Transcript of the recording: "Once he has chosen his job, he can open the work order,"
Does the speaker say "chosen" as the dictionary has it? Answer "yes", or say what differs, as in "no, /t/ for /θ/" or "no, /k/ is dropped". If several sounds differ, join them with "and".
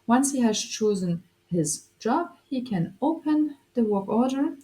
yes